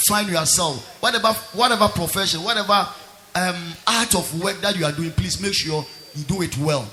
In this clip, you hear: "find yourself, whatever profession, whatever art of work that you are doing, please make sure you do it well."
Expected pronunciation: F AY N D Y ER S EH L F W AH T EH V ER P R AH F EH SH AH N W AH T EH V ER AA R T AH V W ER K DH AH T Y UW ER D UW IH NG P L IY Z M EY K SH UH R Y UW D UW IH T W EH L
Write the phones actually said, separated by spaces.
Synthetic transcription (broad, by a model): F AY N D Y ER S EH L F W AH T EH V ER P R AH F EH SH AH N W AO T EH V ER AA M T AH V W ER K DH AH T Y UW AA D UW IH NG P L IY S M EY K SH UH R Y UW D UW IH T W EH L